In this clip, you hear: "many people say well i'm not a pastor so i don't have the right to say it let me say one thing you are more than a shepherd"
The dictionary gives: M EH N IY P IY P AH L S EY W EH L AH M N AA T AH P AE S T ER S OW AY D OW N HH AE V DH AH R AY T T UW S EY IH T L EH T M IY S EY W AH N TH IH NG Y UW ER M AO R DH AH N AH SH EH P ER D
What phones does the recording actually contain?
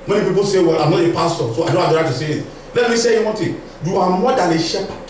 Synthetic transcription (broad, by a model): M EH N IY P IY P AH L S EY W EH L AH M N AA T AH P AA S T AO S OW AY D OW N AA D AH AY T T UW S EY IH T L EH T M IY S EY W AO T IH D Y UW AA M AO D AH L AH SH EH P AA